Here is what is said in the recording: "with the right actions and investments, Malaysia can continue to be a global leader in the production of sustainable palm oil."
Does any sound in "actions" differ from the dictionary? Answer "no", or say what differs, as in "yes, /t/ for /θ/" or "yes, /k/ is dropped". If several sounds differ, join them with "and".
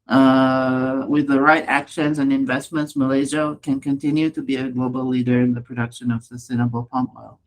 no